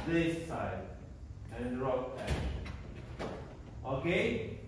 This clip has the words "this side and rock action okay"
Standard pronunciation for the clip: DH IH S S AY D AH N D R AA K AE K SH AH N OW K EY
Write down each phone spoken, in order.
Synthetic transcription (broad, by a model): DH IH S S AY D AH N D R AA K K AH OW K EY